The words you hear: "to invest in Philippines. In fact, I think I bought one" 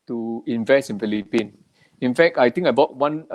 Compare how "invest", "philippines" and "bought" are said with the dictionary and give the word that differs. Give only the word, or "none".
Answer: philippines